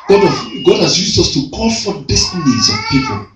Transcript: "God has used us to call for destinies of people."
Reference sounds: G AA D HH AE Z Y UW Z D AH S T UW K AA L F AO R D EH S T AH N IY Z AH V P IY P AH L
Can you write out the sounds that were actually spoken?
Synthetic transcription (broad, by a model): G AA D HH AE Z Y UW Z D AH S T UW K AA N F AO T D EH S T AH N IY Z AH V P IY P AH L